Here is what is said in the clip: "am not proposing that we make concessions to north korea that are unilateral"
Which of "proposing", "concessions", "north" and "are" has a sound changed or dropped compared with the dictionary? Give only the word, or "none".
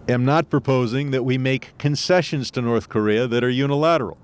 none